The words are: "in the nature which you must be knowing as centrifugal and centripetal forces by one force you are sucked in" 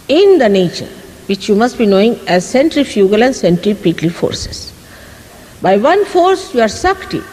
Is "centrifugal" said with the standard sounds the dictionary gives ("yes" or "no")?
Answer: yes